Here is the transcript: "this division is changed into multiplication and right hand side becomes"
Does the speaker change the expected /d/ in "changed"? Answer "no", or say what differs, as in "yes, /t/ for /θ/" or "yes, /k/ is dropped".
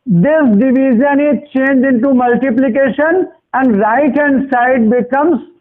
yes, /d/ is dropped